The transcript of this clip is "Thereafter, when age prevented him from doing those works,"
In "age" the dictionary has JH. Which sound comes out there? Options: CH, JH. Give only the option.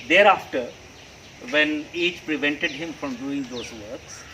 CH